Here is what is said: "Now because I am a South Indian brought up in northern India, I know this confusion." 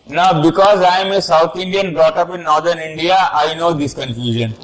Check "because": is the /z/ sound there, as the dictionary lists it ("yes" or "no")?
yes